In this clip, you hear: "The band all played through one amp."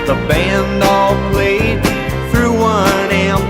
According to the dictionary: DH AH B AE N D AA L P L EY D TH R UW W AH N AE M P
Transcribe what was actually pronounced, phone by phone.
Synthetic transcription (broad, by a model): DH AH B AE N D AA L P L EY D TH R UW W AH N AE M